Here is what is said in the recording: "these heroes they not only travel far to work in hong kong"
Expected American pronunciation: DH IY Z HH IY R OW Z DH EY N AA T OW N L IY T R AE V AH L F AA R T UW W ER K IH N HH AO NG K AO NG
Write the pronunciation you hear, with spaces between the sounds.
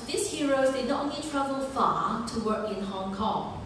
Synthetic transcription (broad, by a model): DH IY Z HH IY R OW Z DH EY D OW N IY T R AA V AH L F AA T UW W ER K IH N HH AO NG K AO NG